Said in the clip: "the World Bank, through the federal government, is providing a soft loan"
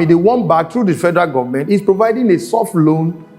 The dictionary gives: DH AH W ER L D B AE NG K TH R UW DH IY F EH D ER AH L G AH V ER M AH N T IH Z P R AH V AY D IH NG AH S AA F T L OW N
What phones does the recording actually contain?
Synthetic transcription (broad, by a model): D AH W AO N B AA K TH R UW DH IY F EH D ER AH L G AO V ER M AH N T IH S P R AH V AY D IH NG AH S AA F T L OW N